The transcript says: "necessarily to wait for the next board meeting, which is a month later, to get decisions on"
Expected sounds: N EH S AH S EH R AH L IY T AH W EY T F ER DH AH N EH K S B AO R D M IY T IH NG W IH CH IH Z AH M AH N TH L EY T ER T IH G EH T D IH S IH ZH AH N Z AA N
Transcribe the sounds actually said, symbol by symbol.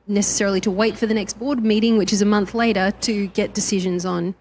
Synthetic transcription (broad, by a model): N EH S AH S EH R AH L IY T AH W EY T F ER DH AH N EH K S B AO R D M IY T IH NG W IH CH IH Z AH M AH N TH L EY T ER T IH G EH T D IH S IH ZH AH N Z N